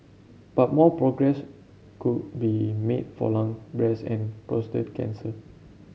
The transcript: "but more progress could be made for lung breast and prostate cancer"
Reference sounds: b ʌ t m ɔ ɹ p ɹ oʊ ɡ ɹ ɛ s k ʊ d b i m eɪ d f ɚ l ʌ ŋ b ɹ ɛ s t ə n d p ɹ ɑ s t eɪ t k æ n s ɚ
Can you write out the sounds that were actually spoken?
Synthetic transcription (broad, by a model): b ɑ t m ɔ p ɹ oʊ ɡ ɹ ɛ s k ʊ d b i m eɪ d f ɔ l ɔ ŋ b ɹ ɛ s ə n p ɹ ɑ s t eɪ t k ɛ n s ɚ